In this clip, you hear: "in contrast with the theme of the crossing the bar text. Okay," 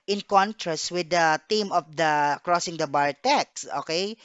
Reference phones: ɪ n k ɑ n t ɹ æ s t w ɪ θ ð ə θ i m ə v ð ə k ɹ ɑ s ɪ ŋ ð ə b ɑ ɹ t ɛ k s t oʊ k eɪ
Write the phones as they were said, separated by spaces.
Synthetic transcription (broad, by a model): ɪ n k ɑ n t ɹ æ s t w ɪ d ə t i m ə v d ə k ɹ ɑ s ɪ ŋ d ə b ɑ ɹ t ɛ k s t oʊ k eɪ